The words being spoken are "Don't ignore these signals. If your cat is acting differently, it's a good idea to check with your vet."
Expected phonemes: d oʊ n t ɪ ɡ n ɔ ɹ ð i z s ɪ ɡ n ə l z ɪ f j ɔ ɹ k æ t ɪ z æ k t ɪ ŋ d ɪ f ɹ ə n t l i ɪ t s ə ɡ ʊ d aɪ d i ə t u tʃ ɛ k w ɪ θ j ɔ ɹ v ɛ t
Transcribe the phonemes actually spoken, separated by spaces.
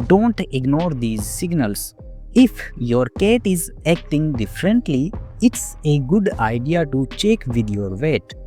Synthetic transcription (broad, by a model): d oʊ n t ɪ ɡ n ɔ ɹ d i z s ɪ ɡ n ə l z ɪ f j ɔ ɹ k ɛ t ɪ z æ k t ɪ ŋ d ɪ f ɹ ə n t l i ɪ t s ə ɡ ʊ d aɪ d i ə t u tʃ ɛ k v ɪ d j ɔ ɹ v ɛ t